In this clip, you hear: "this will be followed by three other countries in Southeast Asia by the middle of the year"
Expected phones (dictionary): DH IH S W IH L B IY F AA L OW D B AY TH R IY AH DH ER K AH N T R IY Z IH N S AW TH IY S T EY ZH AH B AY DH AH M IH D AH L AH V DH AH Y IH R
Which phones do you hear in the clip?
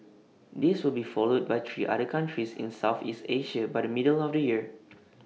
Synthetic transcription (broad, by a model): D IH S W IH L B IY F AA L OW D B AY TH R IY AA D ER K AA N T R IY S IH N S AW TH IY S T EY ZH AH B AY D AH M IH D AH L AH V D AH Y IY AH